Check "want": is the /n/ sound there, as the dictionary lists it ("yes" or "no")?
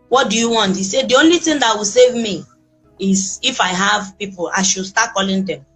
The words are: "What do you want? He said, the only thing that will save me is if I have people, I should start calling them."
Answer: yes